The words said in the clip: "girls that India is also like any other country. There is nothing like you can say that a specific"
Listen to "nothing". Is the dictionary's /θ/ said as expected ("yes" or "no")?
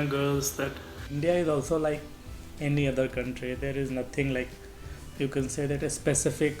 no